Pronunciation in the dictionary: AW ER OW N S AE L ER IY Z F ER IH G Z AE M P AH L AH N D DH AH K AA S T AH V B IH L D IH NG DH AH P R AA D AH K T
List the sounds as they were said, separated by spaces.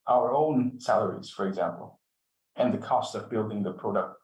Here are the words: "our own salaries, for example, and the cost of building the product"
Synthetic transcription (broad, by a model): AW ER OW N S AE L ER IY Z F ER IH G Z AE M P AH L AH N DH AH K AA S T AH V B IH L D IH NG DH AH P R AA D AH K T